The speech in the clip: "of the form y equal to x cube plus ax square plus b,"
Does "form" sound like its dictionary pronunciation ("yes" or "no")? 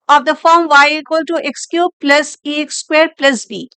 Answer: yes